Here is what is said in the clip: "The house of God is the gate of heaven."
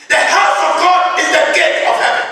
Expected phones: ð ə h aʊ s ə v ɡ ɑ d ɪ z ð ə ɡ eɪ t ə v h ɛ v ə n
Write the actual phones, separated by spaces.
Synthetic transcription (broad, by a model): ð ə h aʊ s ə v ɡ ɑ d ɪ z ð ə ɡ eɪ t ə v h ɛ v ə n